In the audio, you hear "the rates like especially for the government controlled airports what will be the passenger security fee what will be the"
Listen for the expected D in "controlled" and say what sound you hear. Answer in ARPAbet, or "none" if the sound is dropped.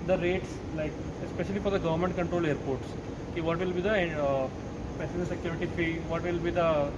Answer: none